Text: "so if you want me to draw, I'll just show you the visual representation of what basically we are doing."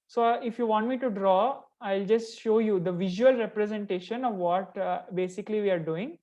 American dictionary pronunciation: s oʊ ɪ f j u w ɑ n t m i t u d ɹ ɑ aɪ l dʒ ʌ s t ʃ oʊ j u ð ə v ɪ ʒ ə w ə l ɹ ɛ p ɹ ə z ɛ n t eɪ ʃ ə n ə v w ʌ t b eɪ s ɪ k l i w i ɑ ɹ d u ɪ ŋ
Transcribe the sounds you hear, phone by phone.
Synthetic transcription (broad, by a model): s oʊ ɪ f j u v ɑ n t m i t u d ɹ ɑ aɪ l dʒ ʌ s t ʃ oʊ j u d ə v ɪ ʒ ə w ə l ɹ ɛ p ɹ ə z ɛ n t eɪ ʃ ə n ə v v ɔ t b eɪ s ɪ k l i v i ɑ ɹ d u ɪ ŋ